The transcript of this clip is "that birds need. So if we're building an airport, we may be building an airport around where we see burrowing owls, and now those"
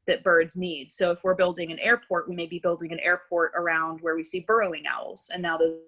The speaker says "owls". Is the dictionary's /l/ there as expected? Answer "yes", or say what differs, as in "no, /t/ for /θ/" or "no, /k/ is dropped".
yes